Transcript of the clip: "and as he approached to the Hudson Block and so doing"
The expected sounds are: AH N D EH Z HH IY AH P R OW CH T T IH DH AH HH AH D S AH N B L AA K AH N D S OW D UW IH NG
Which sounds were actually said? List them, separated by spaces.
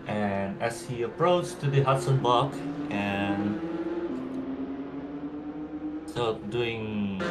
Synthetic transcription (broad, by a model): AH N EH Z HH IY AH P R OW CH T T IH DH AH HH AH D S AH N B AA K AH N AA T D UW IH NG